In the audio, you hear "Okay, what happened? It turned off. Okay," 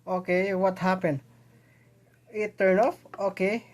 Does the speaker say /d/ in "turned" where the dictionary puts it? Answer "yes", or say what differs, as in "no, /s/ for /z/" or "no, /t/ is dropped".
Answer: no, /d/ is dropped